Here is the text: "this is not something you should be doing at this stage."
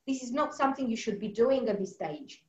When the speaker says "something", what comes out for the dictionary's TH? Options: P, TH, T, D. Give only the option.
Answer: TH